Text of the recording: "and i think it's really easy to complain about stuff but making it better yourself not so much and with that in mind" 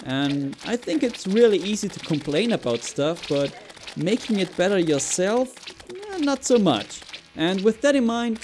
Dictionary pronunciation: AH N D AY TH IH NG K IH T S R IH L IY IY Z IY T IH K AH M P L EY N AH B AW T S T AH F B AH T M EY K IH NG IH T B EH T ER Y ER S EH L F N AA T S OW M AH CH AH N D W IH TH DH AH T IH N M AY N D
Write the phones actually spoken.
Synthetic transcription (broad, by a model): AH N AY TH IH NG K IH T S R IH L IY IY Z IY T IH K AH M P L EY N AH B AW T S T AH F B AH T M EY K IH NG IH T B EH T ER Y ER S EH L F N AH T S OW M AH CH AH N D W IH DH AH T IH N M AY N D